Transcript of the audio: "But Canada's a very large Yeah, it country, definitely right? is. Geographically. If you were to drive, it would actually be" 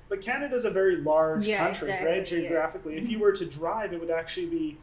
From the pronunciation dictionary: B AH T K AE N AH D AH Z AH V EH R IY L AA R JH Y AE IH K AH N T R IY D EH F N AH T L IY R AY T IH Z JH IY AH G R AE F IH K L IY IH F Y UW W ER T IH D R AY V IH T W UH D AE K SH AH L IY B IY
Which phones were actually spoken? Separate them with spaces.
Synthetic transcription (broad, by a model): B AH T K AE N AH D AH Z AH V EH R IY L AA R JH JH K AH N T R IY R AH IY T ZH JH IY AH G R AE F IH K L IY IH F Y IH W ER T IH D R AY V IH T W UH D AE K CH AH L IY B IY